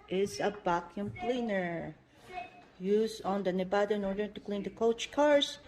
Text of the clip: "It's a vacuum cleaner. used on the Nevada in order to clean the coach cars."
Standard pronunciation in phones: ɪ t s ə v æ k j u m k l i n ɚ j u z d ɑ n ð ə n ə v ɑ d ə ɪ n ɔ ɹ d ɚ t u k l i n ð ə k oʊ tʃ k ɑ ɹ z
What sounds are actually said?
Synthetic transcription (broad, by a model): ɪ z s ə b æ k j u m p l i n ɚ j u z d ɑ n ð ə n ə b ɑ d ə ɪ n ɔ ɹ d ɚ t u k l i n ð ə k oʊ tʃ k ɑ ɹ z